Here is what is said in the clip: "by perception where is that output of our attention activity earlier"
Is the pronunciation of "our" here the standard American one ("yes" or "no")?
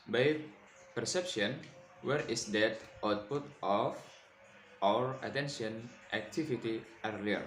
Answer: yes